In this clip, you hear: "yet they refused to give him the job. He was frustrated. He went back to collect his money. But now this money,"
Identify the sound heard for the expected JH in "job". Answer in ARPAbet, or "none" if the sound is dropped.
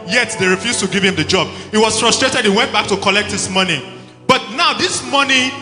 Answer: JH